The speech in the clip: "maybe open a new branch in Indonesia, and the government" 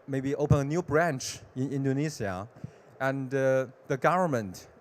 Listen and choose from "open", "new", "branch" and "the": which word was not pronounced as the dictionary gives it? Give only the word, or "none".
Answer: none